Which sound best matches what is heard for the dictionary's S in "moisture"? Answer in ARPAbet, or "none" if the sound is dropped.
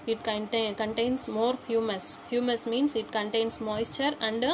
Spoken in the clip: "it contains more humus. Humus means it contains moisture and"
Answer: S